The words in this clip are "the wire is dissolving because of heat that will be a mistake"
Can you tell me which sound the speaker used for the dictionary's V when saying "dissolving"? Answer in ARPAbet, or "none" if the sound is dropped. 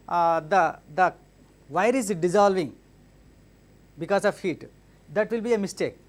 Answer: V